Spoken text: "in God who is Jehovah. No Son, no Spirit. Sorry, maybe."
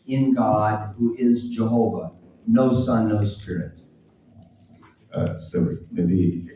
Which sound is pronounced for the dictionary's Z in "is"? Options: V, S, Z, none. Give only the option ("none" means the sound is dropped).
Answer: Z